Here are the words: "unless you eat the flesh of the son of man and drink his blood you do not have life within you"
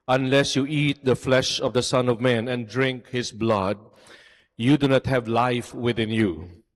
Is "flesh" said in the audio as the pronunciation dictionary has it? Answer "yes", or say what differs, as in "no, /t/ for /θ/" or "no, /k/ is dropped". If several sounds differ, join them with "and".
yes